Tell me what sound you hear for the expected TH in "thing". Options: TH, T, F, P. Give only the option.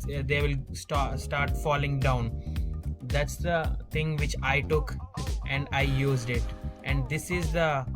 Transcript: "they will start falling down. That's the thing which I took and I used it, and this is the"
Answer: T